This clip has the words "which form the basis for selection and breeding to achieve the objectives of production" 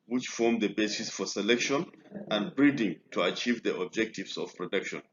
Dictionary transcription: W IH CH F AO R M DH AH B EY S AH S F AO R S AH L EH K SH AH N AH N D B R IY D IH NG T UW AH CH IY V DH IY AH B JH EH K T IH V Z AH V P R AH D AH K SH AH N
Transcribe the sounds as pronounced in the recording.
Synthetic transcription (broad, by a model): W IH CH F AO R M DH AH B EY S AH S F AO R S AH L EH K SH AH N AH N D B R IY D IH NG T UW AH CH IY V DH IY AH B JH EH K T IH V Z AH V P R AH D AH K SH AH N